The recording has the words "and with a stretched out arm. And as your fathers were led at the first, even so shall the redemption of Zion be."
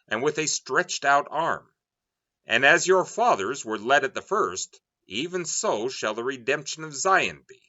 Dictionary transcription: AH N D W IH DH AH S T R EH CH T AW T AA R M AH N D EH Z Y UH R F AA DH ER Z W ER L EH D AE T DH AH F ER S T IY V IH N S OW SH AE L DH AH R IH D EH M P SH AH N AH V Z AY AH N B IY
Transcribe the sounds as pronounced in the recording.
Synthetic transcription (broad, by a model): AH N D W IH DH AH S T R EH CH T AW T AA R M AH N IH Z Y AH R F AA DH ER Z W ER L EH D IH T DH AH F ER S T IY V IH N S OW SH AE L DH AH R IH D EH M P SH AH N AH V Z AY AH N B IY